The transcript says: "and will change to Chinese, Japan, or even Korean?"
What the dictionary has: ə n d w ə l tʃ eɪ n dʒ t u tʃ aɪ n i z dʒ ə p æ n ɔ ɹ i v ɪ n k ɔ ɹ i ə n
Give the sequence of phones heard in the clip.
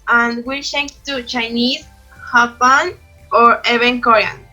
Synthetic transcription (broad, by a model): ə n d w ə l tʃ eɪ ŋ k t u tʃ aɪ n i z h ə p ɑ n ɔ ɹ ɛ b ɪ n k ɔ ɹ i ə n